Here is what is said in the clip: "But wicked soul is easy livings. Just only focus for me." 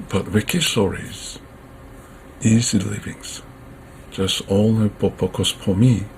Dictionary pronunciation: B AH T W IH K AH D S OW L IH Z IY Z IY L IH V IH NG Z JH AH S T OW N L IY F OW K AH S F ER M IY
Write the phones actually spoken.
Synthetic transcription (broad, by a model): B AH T W IH K AH D S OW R IH Z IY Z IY L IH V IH NG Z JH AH S T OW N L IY P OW K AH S P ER M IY